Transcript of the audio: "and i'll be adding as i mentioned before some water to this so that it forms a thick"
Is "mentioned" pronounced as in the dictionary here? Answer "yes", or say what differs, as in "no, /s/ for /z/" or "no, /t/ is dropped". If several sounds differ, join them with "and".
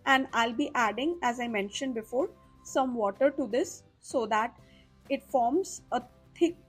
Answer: yes